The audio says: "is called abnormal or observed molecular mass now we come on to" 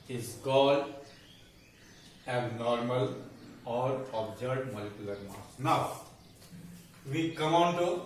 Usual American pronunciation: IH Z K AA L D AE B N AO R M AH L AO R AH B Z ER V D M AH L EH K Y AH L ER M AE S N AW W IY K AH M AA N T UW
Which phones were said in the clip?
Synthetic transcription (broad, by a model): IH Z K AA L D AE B N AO R M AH L AO R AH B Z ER D M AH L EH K Y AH L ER M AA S N AW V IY K AH M AA N T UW